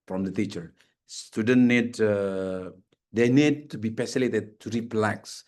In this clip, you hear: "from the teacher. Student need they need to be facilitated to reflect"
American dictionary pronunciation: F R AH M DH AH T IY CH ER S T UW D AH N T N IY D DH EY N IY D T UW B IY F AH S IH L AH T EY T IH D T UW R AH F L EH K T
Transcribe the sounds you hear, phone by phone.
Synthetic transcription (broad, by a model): F R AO M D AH T IY CH ER S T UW D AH N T N IY D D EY N IY D T UW B IY P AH S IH L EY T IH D T UW R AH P L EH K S